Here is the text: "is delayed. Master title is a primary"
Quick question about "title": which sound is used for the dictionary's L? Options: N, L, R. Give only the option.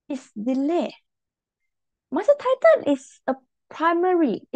N